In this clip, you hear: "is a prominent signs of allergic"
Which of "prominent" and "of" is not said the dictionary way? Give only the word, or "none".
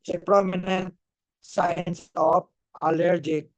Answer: of